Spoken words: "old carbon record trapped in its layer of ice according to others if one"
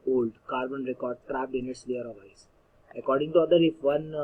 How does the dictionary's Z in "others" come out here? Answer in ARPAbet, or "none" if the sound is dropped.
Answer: none